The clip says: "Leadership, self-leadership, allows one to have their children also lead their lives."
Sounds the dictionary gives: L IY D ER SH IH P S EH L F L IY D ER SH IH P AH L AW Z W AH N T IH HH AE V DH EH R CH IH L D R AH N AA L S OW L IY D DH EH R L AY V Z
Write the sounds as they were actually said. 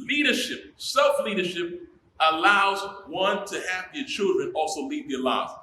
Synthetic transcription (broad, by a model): L IY D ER SH IH P S EH L F L IY D ER SH IH P AH L AW Z W AH N T IH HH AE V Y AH R CH IH L D R AH N AA L S OW L IY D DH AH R L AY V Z